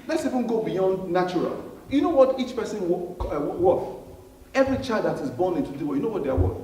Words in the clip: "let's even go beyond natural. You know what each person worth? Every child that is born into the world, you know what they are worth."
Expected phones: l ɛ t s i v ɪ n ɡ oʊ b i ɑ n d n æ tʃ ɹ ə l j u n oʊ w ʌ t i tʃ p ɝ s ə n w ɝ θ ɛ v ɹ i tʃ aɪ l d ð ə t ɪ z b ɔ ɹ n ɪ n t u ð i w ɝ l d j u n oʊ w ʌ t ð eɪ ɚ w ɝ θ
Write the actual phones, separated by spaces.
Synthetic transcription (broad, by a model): l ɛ t s i v ɪ n ɡ oʊ b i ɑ n d n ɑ tʃ ɹ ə l j u n oʊ w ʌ t i tʃ p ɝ s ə n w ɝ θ ɛ v ɹ i tʃ aɪ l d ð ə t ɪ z b ɔ n ɪ n t u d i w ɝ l j u n oʊ w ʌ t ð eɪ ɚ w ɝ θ